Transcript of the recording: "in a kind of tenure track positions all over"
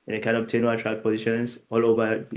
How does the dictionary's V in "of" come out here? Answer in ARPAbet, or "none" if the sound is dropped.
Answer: B